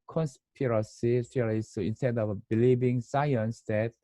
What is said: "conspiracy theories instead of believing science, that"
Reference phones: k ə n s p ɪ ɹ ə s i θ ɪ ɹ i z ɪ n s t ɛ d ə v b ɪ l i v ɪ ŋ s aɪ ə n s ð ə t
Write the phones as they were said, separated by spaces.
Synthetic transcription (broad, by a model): k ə n s p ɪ ɹ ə s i f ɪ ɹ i s ɪ n s t ɛ d ə v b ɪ l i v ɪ ŋ s aɪ ə n s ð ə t